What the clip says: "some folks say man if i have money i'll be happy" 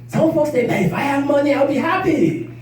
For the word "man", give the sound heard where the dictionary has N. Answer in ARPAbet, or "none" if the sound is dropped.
none